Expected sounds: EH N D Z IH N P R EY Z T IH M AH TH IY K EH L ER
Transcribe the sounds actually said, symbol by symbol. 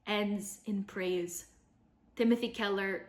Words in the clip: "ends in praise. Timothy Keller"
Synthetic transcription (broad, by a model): EH N D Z IH N P R EY Z T IH M AH TH IY K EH L ER